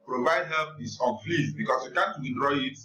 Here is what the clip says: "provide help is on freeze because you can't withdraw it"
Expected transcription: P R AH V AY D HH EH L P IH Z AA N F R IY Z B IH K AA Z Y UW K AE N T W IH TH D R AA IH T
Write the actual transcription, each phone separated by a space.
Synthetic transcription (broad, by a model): P R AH V AY D HH EH L P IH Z AA N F L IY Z B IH K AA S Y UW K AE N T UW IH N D R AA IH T